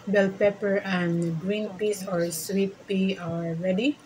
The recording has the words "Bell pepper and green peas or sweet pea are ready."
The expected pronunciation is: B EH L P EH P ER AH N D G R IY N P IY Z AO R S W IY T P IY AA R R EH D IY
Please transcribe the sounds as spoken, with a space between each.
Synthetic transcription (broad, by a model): B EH L P EH P ER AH N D G R IY N P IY S AO R S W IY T P IY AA L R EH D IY